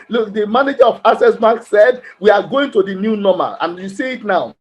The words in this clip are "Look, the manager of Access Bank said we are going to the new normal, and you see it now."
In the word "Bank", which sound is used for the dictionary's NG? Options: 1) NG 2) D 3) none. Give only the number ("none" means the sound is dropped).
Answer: 3